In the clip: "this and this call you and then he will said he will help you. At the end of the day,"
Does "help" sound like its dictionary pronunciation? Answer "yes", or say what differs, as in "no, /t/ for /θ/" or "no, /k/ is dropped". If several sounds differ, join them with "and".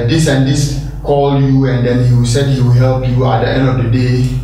yes